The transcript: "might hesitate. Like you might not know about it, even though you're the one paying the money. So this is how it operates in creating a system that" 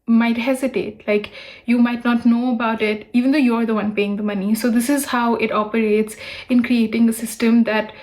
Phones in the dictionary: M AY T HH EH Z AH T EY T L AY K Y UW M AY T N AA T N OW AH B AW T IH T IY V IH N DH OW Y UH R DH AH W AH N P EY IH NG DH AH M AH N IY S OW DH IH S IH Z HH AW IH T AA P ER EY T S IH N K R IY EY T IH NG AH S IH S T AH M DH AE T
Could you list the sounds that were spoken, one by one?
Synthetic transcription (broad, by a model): M AY T HH EH Z AH T EY T L AY K Y UW M AY T N AA T N OW AH B AW T IH T IY V IH N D OW Y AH R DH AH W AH N P EY IH NG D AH M AH N IY S OW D IH S IH Z HH AW IH T AA P ER EY T S IH N K R IY EY T IH NG AH S IH S T AH M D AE T